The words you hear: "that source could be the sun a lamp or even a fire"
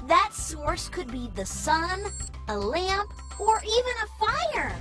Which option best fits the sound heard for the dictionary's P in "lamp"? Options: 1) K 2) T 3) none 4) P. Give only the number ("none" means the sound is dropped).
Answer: 4